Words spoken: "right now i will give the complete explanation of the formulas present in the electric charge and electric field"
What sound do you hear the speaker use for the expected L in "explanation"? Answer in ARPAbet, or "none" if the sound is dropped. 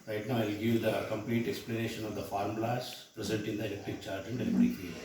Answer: L